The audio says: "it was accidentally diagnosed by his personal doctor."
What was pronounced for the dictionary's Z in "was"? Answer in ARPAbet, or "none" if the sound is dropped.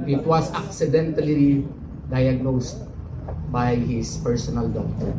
S